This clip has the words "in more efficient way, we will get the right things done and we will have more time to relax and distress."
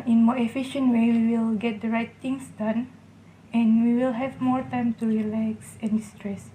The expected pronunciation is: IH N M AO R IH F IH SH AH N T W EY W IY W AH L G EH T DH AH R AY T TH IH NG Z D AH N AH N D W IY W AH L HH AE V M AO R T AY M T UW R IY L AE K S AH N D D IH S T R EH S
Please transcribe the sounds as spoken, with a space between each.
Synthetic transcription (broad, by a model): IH N M AO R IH F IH SH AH N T W EY W IY W AH L G EH T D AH R AY T T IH NG S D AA N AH N W IY W AH L HH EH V M AO R T AY M T UW R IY L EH K S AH N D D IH S T R EH S